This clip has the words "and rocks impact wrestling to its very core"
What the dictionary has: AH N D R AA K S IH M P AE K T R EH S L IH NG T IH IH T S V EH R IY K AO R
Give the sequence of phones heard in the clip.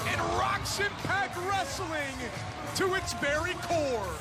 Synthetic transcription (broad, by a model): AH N R AA K SH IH P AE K R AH S L IH NG T IH IH T S B EH R IY K AO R